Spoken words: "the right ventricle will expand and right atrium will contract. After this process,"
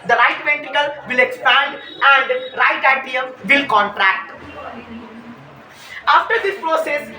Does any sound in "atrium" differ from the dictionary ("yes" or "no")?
yes